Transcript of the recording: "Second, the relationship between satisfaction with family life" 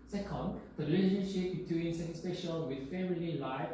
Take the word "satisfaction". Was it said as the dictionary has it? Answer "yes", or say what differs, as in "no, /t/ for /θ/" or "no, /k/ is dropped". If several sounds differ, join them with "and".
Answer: no, /p/ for /f/ and /k/ is dropped